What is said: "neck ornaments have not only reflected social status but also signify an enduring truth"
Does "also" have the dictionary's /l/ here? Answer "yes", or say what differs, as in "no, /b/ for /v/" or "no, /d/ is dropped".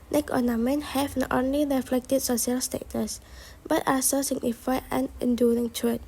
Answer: no, /l/ is dropped